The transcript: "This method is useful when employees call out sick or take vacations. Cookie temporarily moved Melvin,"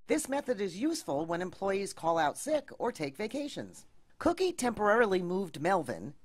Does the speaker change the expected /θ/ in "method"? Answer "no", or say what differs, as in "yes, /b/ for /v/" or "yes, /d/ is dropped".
no